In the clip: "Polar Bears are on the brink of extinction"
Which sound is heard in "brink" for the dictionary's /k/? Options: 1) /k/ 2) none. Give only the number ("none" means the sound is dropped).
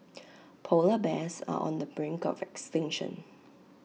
1